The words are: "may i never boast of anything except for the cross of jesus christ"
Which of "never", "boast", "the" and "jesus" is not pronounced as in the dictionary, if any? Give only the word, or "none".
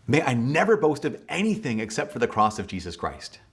none